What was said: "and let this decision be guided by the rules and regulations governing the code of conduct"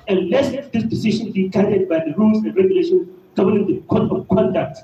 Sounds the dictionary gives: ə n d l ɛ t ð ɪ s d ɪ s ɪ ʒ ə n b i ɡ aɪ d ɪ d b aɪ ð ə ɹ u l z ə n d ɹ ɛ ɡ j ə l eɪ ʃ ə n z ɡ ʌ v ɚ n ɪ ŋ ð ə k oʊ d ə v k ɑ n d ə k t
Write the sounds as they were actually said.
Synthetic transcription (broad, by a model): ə n l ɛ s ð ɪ s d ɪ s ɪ ʃ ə n b i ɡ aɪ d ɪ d b aɪ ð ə ɹ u l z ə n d ɹ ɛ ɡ j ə l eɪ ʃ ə n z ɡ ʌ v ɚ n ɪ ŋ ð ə k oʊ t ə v k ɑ n d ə k t